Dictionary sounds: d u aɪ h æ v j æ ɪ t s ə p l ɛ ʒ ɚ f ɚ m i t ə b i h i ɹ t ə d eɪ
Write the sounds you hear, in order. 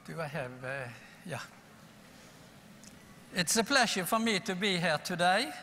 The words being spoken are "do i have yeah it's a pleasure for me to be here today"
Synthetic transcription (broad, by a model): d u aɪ h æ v j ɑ ɪ t s ə p l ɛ ʃ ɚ f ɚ m i t ə b i h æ ɹ t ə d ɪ